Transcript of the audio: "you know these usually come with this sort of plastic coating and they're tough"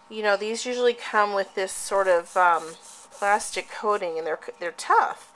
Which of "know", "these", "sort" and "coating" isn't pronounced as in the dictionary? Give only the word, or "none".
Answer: none